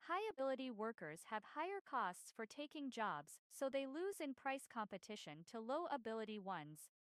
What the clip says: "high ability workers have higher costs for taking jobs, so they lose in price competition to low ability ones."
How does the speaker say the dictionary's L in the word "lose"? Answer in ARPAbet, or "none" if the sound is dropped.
L